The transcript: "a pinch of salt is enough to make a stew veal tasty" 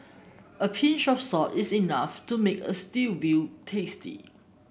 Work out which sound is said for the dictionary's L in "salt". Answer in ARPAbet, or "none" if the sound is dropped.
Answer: none